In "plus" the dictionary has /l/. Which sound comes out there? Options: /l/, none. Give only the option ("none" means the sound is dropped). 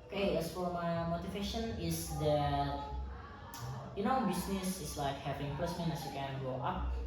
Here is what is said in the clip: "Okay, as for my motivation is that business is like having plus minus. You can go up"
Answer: none